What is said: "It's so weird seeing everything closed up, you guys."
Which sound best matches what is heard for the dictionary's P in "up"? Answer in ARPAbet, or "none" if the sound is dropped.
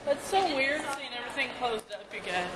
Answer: P